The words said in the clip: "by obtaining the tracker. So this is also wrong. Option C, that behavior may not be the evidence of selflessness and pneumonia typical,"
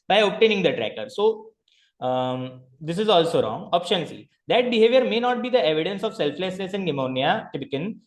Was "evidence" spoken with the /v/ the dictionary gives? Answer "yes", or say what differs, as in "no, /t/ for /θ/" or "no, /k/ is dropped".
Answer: yes